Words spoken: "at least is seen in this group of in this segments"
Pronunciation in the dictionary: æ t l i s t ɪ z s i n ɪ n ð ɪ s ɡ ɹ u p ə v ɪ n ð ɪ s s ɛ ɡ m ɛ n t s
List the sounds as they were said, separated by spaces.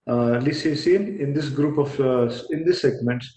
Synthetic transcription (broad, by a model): l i s ɪ s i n ɪ n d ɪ s ɡ ɹ u p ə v ɪ n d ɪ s s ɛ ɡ m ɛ n t s